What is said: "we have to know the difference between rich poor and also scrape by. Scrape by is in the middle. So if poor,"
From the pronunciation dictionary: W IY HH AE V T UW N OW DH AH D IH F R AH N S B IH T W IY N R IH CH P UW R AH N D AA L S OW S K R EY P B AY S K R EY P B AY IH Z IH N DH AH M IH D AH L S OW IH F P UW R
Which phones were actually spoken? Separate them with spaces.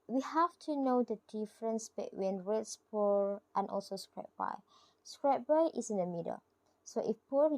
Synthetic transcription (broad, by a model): W IY HH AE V T UW N OW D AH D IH F R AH N S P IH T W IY N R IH S P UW R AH N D AA L S OW S K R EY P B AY S K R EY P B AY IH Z IH N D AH M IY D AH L S OW IH F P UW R